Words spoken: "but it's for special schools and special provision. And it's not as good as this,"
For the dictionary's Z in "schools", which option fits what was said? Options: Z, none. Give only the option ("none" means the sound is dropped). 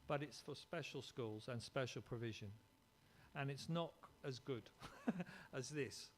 Z